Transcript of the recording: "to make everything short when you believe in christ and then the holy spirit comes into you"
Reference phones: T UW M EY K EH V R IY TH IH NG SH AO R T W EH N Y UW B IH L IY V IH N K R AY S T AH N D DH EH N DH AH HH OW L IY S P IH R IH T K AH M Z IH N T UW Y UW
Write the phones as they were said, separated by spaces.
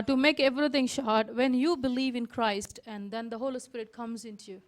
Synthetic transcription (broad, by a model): T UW M EY K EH V R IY T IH NG SH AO R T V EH N Y UW B IH L IY V IH N K R AY S T AH N D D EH N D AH HH OW L IY S P IH R IH T K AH M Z IH N T UW Y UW